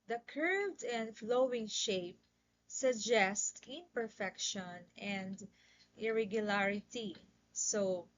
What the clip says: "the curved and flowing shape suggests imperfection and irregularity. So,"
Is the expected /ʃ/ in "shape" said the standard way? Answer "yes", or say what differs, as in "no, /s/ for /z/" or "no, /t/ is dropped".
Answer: yes